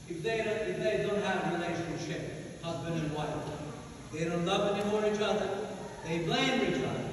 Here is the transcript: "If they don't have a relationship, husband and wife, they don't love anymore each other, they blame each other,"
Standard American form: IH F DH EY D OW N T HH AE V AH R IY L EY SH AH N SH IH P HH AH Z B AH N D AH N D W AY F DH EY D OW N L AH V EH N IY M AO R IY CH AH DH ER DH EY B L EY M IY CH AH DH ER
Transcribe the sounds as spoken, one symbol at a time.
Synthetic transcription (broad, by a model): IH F DH EY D OW N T HH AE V AH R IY L EY SH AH N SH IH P HH AH Z B AH N D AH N W AY F DH EY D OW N L AH V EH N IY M AO R IY CH AH DH ER DH EY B L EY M IY CH AH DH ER